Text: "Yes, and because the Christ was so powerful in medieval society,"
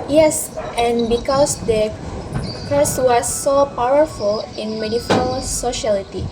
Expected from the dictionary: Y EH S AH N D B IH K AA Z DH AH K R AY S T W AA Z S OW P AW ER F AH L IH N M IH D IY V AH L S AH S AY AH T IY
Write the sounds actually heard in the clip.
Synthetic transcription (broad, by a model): Y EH S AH N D B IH K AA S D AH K AY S W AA S OW P AW ER F AH L IH N M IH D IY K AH L S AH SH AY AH T IY